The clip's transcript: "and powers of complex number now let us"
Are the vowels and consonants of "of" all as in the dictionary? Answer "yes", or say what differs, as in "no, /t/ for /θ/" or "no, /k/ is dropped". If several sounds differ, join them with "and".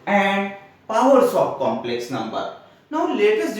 no, /p/ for /v/